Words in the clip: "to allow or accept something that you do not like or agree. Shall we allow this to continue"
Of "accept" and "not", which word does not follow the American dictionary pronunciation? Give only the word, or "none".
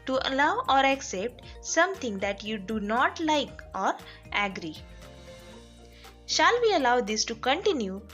none